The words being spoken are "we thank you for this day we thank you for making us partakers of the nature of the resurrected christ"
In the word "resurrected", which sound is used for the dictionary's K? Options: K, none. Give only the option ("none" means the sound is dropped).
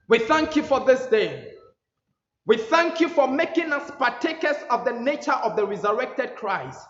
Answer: K